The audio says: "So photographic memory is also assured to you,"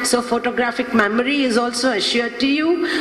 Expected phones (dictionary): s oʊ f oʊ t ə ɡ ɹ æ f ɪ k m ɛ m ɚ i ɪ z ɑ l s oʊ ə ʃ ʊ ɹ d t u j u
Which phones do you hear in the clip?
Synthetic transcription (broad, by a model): s oʊ f oʊ t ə ɡ ɹ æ f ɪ k m ɛ m ɚ i ɪ z ɑ l s oʊ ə ʃ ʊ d t u j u